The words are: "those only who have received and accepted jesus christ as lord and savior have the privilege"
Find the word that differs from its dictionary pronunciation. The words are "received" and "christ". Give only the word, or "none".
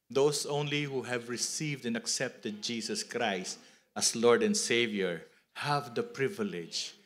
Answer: none